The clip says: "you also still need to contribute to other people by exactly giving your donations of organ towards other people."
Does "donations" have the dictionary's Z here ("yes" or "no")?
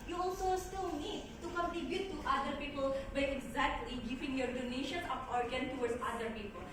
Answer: no